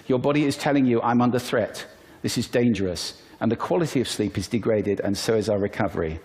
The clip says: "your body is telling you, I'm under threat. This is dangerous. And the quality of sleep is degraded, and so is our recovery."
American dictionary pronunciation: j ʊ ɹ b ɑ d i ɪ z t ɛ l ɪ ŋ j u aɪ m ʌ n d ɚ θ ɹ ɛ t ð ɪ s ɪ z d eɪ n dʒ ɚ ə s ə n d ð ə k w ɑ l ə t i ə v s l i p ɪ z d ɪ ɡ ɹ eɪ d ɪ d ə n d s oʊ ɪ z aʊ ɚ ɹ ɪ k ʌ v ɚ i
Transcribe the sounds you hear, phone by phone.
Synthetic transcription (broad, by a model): j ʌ ɹ b ɑ d i ɪ z t ɛ l ɪ ŋ j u aɪ m ʌ n d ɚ θ ɹ ɛ t ð ɪ s ɪ z d eɪ n dʒ ɚ ə s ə n ð ə k w ɑ l ə t i ə v s l i p ɪ z d ɪ ɡ ɹ eɪ d ɪ d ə n s oʊ ɪ z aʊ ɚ ɹ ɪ k ʌ v ɚ i